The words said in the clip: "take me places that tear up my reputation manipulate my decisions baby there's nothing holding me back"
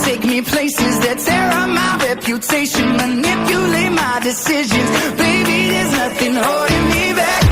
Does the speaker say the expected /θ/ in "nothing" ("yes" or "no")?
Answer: yes